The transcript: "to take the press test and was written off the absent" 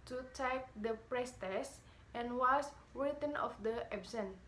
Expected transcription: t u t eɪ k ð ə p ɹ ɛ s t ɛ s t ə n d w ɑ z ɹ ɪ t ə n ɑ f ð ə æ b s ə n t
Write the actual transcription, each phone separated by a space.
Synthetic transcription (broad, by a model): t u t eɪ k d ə p ɹ ɛ s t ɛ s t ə n w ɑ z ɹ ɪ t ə n ɑ f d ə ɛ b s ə n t